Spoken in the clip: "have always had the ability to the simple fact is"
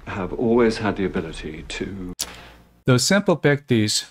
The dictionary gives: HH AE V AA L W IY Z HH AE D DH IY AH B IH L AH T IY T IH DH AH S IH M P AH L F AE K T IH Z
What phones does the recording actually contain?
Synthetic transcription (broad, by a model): HH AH V AA L W IY Z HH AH D DH IY AH B IH L AH T IY T IH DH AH S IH M P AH L P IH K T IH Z